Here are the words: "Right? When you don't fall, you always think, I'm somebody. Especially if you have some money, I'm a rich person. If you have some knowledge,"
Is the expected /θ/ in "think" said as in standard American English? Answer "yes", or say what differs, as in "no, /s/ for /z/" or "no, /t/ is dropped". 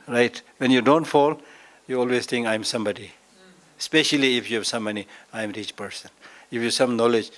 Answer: no, /t/ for /θ/